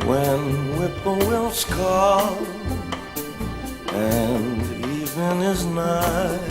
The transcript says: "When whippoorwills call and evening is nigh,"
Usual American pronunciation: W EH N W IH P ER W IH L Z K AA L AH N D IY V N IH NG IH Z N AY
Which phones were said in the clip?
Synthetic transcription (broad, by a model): W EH N W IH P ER W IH L S K AA L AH N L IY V IH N IH Z N AY